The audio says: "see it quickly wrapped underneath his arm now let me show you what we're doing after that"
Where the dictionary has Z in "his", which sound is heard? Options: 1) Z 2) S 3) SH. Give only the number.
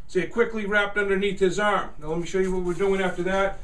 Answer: 1